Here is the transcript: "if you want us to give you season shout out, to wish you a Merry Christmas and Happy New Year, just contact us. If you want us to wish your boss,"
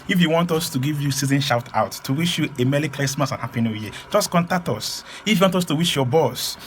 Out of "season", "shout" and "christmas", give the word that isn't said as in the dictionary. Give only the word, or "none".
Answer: christmas